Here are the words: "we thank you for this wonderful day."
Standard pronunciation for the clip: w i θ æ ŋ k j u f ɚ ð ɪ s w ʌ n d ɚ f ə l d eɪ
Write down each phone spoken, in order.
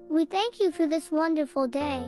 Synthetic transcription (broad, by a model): w i θ æ ŋ k j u f ɚ ð ɪ s w ʌ n d ɚ f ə l d eɪ